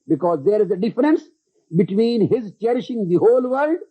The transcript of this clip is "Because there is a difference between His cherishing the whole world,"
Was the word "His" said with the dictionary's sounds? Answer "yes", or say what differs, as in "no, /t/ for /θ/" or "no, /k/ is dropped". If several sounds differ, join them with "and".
yes